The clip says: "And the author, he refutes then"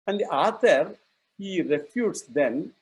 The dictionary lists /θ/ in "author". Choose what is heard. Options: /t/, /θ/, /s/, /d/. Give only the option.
/t/